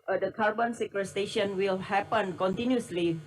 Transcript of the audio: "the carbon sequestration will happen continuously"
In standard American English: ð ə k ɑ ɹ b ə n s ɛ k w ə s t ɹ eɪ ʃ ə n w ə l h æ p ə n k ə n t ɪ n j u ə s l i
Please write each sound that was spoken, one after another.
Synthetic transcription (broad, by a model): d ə k ɑ ɹ b ə n s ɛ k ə s t eɪ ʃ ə n w ə l h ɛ p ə n k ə n t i n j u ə s l i